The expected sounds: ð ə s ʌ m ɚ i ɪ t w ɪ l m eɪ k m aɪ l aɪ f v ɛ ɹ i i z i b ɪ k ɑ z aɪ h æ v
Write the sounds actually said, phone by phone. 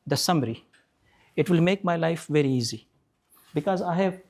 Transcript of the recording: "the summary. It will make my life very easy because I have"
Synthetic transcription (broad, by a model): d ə s ʌ m ɚ i ɪ t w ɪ l m eɪ k m aɪ l aɪ f v ɛ ɹ i i z i b ɪ k ɑ z aɪ h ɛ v